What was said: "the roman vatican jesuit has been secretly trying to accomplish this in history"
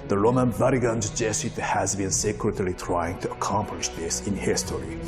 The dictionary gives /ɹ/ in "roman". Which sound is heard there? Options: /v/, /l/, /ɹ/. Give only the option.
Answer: /ɹ/